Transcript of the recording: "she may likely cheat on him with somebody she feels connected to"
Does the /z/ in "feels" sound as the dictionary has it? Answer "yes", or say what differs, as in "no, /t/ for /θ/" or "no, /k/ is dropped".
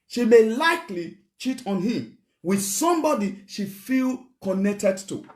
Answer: no, /z/ is dropped